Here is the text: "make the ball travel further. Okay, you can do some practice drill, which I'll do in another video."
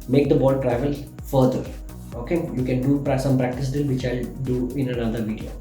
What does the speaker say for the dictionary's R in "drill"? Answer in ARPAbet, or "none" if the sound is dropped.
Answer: none